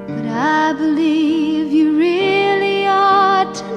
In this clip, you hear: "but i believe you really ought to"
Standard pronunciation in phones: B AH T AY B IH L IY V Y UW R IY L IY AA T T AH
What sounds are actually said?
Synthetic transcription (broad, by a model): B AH T AY B IH L IY V Y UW R IY L IY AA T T